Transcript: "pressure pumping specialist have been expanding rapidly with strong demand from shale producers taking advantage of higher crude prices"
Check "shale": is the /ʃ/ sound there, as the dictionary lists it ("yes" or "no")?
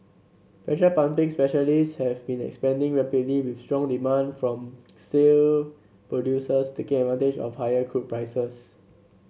no